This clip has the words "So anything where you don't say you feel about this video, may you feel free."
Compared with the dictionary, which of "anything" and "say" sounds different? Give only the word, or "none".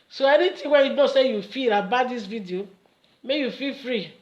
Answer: anything